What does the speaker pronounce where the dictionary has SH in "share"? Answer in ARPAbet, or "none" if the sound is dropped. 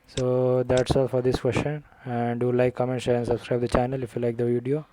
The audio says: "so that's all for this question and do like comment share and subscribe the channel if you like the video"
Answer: S